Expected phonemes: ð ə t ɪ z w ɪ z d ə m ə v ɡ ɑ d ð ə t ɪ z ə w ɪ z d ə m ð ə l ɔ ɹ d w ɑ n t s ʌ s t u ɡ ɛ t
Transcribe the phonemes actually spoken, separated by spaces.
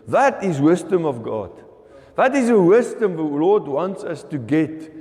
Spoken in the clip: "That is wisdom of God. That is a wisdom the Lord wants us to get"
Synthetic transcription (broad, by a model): ð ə t ɪ z w ɪ z d ə m ə v ɡ ɑ d ð ə t ɪ z ə w ɪ z d ə m ð ə l ɔ d w ɑ n t s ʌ s t u ɡ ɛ t